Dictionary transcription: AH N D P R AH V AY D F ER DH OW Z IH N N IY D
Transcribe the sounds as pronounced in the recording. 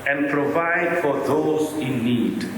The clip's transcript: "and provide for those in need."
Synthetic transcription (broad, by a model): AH N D P R AH V AY D F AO DH OW Z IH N N IY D